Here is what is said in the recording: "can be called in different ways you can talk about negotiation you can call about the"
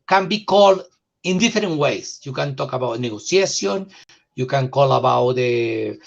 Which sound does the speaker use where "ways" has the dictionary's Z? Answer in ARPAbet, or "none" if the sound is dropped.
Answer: S